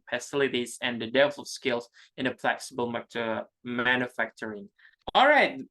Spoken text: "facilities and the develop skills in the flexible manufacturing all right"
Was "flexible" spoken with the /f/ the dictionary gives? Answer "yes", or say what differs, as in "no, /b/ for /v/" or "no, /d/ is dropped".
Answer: no, /p/ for /f/